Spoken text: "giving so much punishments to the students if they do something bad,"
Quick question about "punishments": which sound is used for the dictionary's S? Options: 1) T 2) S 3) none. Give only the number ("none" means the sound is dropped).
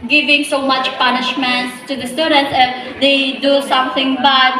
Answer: 3